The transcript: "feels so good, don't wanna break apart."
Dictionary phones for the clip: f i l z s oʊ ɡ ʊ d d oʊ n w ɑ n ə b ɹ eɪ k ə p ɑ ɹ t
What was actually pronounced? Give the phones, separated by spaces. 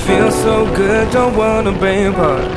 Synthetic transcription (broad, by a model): f i l s oʊ ɡ ʊ d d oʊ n w ɑ n ə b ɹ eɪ ə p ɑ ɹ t